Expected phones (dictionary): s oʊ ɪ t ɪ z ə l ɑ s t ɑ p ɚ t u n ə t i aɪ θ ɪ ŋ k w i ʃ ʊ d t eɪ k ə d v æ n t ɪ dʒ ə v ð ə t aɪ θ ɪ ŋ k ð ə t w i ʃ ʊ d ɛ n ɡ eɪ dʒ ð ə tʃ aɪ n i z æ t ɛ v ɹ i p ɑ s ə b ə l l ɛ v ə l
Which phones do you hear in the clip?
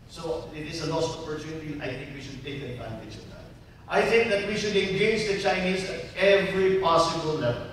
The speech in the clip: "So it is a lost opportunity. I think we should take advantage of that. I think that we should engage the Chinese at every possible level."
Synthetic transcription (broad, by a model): s oʊ ɪ t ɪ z ə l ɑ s ɑ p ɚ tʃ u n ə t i aɪ θ ɪ ŋ k w i ʃ ʊ d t eɪ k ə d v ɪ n s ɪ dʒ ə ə t aɪ θ ɪ ŋ k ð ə t w i ʃ ʊ d ɛ n ɡ eɪ dʒ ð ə tʃ aɪ n i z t ɛ v ɹ i p ɑ s ə b ə l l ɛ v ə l